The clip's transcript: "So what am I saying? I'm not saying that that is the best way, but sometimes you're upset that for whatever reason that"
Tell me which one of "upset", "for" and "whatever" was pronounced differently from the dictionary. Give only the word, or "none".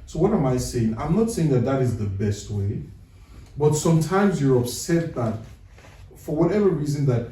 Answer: none